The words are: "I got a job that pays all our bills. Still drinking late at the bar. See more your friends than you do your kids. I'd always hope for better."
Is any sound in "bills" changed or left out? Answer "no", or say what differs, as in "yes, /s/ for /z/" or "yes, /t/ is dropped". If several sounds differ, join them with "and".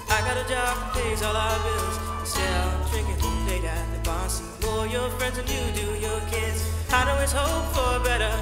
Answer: no